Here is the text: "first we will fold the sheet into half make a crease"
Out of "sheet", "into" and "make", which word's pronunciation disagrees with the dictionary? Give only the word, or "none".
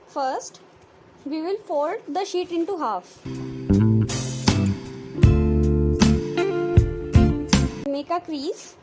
none